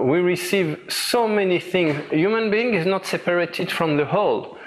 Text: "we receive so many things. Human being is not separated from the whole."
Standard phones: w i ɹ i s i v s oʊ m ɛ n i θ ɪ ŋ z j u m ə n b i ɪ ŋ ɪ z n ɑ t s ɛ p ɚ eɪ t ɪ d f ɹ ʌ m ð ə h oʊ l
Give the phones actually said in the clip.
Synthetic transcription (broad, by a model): w i ɹ i s i v s oʊ m ɛ n i θ ɪ ŋ z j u m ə n b i ɪ ŋ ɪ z n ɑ t s ɛ p ɚ eɪ t ɪ d f ɹ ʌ m ð ə h oʊ l